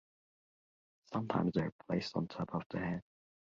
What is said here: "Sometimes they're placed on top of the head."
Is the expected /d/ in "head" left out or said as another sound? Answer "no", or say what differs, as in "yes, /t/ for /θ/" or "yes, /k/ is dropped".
yes, /d/ is dropped